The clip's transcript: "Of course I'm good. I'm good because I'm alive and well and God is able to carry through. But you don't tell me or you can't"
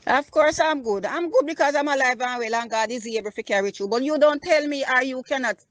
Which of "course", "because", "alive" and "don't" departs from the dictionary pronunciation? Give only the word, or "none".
none